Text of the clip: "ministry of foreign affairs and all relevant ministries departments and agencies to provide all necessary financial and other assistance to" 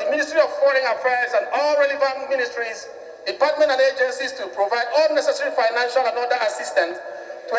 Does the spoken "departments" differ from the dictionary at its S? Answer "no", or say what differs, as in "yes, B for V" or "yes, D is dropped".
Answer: yes, S is dropped